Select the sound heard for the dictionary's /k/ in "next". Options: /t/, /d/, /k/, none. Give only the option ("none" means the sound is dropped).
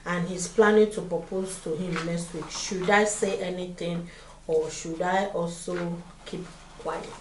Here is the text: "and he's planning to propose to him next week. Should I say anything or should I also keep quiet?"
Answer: none